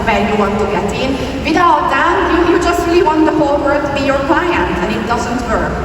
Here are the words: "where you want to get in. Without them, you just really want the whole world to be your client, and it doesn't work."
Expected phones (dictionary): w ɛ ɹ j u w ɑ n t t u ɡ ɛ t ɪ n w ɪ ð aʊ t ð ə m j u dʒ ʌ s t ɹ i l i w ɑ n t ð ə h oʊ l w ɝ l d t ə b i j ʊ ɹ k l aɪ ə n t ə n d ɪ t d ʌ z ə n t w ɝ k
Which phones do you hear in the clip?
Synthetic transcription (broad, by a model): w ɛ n j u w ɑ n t t u ɡ ɛ t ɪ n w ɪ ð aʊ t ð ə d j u dʒ ʌ s t ɹ i l i w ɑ n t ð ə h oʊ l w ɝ d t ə b i j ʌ ɹ k l aɪ ə n t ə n ɪ t d ʌ z ə n t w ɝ